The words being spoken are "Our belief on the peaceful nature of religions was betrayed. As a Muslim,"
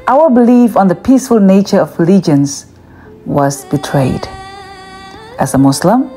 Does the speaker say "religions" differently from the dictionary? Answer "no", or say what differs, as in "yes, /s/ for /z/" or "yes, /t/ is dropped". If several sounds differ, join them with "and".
yes, /l/ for /ɹ/ and /s/ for /z/